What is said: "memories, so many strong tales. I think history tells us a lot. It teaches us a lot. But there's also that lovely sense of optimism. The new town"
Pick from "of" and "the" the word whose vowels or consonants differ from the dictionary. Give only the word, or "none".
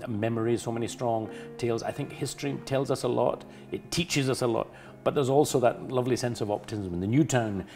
none